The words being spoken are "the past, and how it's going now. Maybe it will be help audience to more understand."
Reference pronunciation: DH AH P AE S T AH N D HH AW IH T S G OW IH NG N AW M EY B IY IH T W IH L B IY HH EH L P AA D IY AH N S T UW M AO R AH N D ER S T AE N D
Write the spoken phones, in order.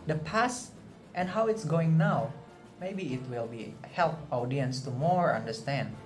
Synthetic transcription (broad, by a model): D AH P AE S T AH N D HH AW IH T S G OW IH NG N AW M EY B IY IH T W IH L B IY HH EH L P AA D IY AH N S T UW M AO R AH N D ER S T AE N D